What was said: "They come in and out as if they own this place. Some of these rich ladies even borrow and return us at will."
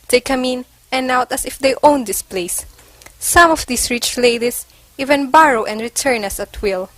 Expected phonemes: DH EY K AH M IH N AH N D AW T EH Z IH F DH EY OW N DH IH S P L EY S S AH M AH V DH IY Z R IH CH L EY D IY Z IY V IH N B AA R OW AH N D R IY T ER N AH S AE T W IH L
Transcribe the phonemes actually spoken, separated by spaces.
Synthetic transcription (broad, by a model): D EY K AH M IH N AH N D AW T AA S IH F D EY OW N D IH S P L EY S S AH M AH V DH IY S R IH CH L EY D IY S IY V IH N B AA R OW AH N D R IY T ER N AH S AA T W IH L